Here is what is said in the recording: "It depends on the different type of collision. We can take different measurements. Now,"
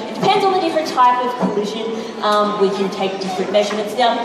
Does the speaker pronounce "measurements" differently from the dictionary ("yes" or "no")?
no